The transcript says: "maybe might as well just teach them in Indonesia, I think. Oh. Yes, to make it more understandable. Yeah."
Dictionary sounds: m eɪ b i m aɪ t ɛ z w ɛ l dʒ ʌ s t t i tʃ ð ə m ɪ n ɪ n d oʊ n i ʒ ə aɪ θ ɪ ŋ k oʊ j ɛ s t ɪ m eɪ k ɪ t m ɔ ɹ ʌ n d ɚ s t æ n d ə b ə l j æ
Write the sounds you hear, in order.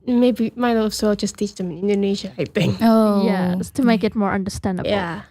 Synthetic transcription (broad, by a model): m eɪ b i m aɪ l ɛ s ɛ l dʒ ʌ s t t i tʃ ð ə m ɪ n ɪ n d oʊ n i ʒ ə aɪ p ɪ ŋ oʊ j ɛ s t ɪ m eɪ k ɪ t m ɔ ɹ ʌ n d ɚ s t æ n d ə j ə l